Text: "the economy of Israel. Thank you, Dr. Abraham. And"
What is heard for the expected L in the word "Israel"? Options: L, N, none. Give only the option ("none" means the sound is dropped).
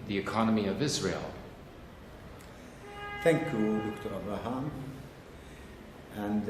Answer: L